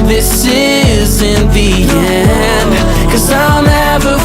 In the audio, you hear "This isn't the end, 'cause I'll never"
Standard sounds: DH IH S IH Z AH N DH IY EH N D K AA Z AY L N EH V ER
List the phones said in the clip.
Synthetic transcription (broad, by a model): DH IH S IH Z AH N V IY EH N K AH Z AY L N EH V ER